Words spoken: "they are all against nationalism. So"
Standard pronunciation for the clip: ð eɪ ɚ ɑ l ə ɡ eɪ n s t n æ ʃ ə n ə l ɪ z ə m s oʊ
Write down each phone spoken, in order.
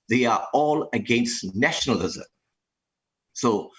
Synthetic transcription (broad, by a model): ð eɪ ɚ ɑ l ə ɡ eɪ n s t n æ ʃ ə n ə l ɪ z ə m s oʊ